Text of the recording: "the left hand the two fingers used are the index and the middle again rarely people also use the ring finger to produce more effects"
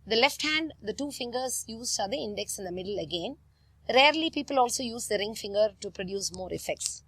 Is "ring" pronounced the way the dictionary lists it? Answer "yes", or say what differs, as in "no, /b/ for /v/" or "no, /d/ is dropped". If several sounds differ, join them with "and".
yes